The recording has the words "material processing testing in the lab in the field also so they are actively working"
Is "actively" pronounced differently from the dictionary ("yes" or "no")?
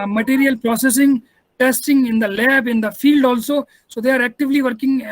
no